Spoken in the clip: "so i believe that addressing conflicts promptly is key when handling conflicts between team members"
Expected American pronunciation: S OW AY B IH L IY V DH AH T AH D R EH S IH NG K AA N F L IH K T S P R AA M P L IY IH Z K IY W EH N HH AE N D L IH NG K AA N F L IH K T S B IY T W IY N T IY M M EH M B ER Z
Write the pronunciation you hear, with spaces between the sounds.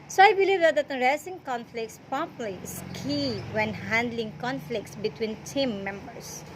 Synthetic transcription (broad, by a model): S OW AY B IH L IY V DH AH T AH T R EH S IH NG K AA N F L IH K T S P AA P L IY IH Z K IY W EH N HH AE N D L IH NG K AA N F L IH K T S B IY T W IY N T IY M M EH M B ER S